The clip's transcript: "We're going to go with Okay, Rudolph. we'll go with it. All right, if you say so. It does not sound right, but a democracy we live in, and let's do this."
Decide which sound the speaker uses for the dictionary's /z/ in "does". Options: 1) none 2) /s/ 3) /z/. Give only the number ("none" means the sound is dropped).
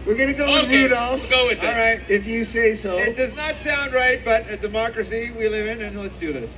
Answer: 3